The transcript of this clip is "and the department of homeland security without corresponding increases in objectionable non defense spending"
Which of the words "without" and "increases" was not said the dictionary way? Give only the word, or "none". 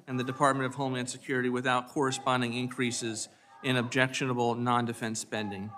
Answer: none